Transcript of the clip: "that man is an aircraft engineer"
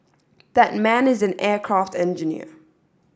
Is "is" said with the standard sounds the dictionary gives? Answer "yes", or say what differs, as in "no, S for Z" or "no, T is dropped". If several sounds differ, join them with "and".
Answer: yes